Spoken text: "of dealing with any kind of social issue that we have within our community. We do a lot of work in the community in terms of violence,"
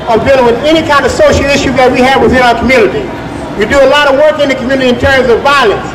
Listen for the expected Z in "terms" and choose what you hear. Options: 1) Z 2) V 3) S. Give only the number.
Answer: 1